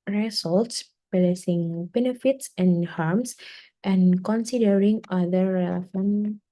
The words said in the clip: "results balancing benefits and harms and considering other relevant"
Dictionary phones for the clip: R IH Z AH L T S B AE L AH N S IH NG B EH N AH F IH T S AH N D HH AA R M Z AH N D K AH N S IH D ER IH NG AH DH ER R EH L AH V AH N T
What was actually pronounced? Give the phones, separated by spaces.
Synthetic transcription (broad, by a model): R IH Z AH L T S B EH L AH S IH NG B EH N AH F IH T S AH N HH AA R M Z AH N K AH N S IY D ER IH NG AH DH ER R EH L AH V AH N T